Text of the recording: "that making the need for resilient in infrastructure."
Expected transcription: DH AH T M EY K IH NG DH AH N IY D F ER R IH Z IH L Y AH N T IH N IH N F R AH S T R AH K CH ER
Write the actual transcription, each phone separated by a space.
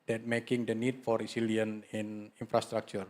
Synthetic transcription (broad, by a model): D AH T M EY K IH NG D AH N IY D F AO R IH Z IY L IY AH N IH N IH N F R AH S T R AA K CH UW